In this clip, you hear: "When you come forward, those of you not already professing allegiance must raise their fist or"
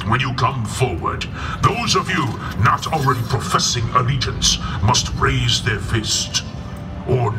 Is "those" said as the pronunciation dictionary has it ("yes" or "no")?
yes